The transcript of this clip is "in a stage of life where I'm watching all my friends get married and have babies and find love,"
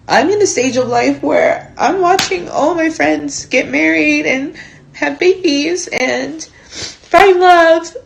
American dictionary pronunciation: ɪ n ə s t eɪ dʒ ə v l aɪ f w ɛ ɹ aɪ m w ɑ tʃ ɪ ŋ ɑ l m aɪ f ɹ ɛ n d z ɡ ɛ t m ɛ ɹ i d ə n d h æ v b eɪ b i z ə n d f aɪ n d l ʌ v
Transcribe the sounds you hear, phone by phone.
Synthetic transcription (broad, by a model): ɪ n ə s t eɪ dʒ ə v l aɪ f w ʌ ɹ aɪ m w ɑ tʃ ɪ ŋ ɑ l m aɪ f ɹ ɛ n d z ɡ ɛ t m ɛ ɹ i d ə n h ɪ v b eɪ b i z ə n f aɪ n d l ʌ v